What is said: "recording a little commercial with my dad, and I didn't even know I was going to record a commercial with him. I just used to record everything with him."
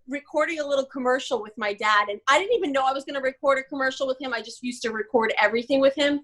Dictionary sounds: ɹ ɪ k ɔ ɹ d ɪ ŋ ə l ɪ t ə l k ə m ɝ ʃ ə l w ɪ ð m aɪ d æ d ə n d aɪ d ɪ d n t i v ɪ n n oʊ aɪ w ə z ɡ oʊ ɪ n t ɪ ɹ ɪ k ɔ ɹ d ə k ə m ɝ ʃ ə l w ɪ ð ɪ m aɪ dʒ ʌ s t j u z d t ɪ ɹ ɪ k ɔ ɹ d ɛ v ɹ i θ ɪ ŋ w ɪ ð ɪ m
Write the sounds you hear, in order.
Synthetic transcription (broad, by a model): ɹ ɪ k ɔ ɹ d ɪ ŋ ə l ɪ t l k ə m ɝ ʃ l w ɪ ð m aɪ d æ d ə n aɪ d ɪ d n t i v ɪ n n oʊ aɪ w ə z ɡ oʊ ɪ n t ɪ ɹ ɪ k ɔ ɹ d ə k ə m ɝ ʃ l w ɪ ð ɪ m aɪ dʒ ʌ s t j u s t ɪ ɹ ɪ k ɔ ɹ d ɛ v ɹ i θ ɪ ŋ w ɪ ð ɪ m